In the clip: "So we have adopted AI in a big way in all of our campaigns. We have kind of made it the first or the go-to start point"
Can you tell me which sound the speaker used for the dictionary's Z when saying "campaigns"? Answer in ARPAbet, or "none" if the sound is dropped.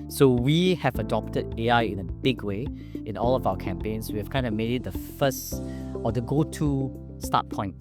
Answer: S